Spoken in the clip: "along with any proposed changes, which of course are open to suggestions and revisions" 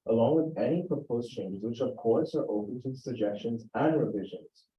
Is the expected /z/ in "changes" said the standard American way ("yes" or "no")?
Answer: yes